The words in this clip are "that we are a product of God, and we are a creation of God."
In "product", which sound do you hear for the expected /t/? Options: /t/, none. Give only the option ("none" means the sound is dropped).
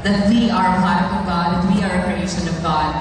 none